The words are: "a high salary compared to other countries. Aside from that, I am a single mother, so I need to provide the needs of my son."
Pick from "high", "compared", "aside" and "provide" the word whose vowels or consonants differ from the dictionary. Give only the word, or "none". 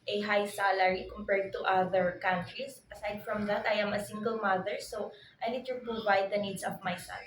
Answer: provide